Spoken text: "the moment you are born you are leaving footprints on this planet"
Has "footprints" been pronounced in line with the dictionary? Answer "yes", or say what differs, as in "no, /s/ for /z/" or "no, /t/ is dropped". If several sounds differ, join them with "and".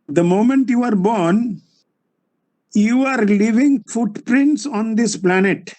yes